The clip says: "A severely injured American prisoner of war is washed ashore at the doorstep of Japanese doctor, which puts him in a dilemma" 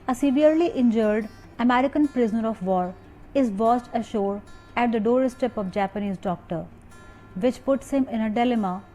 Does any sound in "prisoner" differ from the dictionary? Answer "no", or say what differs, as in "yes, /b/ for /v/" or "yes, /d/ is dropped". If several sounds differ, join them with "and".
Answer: no